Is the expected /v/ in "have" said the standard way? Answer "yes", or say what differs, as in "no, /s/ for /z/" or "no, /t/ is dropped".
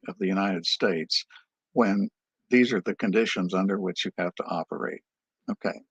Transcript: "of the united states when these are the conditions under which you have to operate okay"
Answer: no, /f/ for /v/